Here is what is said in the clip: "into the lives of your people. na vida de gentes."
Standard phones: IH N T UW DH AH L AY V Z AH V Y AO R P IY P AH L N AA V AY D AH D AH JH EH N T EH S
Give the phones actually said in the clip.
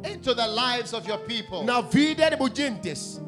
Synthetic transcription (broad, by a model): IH N T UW DH AH L AY V Z AH V Y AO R P IY P AH L N AA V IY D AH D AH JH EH N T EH S